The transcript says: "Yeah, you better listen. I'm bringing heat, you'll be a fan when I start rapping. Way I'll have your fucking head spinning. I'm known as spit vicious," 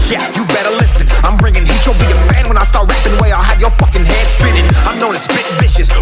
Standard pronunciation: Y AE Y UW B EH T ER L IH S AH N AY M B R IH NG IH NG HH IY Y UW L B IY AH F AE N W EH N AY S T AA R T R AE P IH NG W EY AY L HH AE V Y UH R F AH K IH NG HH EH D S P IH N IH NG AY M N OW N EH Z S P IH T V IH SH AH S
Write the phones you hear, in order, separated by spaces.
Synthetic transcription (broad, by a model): Y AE Y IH B EH T ER L IH S AH N AY M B R IH NG IH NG HH IY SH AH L B IY AH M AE N W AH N AY S T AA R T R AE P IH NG W EY AY L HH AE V Y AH R F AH K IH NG HH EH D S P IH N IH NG AY M N OW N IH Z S B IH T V IH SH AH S